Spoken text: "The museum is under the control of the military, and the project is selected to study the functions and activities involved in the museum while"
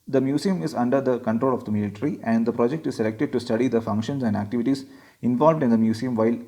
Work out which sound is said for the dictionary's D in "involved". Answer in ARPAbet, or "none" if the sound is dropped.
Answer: D